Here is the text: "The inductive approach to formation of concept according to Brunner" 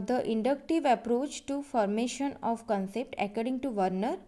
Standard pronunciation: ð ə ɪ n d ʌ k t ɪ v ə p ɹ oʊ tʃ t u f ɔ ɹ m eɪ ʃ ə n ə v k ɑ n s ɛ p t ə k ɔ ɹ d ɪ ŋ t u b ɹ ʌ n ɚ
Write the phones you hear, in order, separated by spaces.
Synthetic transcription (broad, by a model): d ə ɪ n d ʌ k t ɪ v ə p ɹ oʊ tʃ t u f ɔ ɹ m eɪ ʃ ə n ə v k ɑ n s ɛ p t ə k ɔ ɹ d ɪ ŋ t u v ɹ n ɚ